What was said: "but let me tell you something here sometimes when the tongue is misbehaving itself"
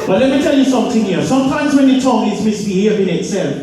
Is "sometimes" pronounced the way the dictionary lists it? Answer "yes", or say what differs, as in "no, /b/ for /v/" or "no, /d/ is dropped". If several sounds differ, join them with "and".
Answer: yes